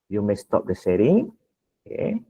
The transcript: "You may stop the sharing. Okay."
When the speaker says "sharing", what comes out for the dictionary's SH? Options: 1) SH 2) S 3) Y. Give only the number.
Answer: 2